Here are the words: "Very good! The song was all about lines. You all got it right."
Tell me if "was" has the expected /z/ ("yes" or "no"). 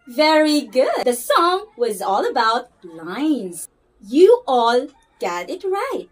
yes